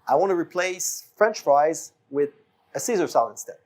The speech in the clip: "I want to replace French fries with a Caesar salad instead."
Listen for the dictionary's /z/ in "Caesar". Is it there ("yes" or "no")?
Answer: yes